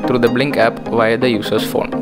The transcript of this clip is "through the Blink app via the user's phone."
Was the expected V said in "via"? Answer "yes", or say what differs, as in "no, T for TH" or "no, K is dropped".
yes